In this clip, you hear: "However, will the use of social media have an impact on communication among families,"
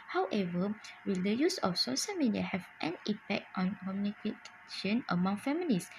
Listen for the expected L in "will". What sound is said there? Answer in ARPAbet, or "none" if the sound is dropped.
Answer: L